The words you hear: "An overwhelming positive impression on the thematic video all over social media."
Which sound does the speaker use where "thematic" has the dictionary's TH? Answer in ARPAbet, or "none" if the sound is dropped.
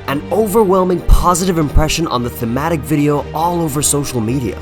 TH